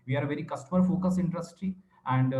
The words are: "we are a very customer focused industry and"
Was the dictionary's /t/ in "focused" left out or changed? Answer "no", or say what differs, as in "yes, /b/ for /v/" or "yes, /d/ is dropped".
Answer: yes, /t/ is dropped